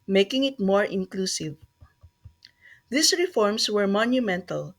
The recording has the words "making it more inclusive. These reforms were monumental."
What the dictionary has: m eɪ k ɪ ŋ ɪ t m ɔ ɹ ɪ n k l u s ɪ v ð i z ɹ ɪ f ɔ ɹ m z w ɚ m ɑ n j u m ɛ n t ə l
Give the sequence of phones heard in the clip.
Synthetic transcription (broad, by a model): m eɪ k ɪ ŋ ɪ t m ɔ ɹ ɪ n k l u s ɪ v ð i s ɹ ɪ f ɔ ɹ m s w ɚ m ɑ n j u m ɛ n t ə l